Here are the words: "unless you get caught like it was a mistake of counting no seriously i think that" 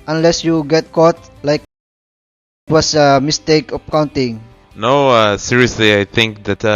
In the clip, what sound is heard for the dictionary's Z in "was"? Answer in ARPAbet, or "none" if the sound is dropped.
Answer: S